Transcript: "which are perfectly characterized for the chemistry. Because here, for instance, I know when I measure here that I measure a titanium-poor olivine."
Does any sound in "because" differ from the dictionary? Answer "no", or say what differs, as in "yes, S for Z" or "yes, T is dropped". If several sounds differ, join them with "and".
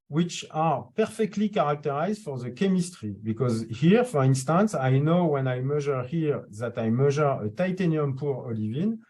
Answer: no